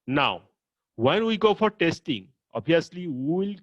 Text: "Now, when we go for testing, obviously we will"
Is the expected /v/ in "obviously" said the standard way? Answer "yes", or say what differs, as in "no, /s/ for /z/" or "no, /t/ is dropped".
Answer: no, /v/ is dropped